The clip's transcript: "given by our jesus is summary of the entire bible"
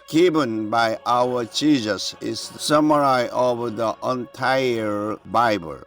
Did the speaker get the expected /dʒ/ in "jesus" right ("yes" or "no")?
no